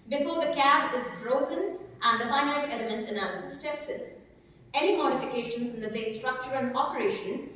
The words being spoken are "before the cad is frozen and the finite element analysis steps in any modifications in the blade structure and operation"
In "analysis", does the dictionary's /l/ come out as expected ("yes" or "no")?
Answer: no